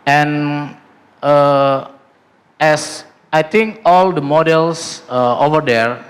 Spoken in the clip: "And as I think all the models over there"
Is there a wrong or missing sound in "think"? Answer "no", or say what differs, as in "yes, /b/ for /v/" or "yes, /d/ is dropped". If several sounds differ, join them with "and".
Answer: yes, /t/ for /θ/